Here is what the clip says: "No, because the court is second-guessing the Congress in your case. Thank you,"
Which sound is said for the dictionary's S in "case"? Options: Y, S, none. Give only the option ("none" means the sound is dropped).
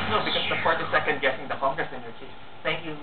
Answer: none